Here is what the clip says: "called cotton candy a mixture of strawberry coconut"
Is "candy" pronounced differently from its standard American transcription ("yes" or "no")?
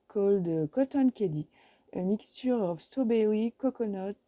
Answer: yes